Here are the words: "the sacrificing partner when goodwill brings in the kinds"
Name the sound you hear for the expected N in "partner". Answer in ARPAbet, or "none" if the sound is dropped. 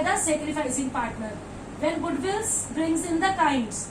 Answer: N